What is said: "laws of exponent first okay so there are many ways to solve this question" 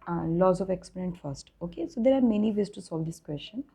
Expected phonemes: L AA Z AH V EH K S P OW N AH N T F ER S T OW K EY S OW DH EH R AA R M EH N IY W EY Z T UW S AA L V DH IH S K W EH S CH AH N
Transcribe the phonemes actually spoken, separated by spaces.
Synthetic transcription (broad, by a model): L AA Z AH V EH K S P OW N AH N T F ER S T OW K EY S OW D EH R AA R M EH N IY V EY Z T UW S AA L V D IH S K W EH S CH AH N